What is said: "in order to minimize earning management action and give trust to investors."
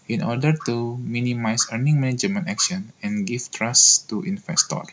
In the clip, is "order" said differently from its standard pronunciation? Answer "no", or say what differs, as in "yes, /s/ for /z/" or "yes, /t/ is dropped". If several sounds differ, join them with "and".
no